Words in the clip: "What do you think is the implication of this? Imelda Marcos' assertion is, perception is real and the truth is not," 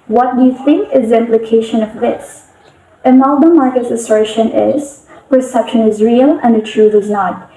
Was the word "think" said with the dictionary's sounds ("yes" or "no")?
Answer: yes